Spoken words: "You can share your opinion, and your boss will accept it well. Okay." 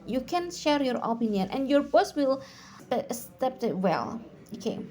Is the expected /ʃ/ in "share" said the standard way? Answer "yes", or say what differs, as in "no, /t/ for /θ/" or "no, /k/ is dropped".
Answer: yes